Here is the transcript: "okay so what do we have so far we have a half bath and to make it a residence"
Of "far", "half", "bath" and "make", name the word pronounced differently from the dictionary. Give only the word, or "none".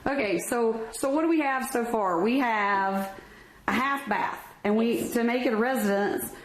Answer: none